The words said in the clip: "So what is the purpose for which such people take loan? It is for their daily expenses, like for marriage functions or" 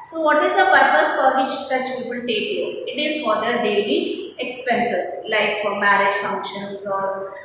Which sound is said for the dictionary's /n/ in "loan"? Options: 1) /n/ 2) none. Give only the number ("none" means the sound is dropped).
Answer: 2